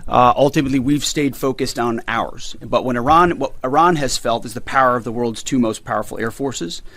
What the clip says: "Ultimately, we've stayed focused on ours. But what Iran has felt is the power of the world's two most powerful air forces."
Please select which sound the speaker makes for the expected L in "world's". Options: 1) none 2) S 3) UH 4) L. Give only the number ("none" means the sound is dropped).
4